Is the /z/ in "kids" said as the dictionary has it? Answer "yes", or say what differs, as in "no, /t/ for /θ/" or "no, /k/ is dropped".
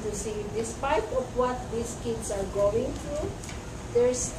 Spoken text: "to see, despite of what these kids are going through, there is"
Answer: no, /s/ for /z/